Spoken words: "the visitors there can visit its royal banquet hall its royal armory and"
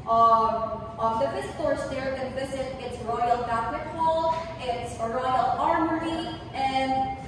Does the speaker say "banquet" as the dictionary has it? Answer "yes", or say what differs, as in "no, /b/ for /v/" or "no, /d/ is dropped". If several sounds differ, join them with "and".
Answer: no, /ŋ/ is dropped